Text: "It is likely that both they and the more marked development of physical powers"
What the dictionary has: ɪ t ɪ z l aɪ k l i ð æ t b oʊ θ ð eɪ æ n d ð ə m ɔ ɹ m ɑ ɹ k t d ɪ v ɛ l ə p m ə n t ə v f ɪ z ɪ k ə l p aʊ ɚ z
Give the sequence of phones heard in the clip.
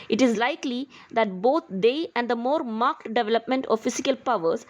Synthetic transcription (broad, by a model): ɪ t ɪ z l aɪ k l i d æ t b oʊ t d eɪ æ n d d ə m ɔ ɹ m ɑ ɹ k t d ɪ v ɛ l ə p m ə n t ə v f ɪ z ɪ k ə l p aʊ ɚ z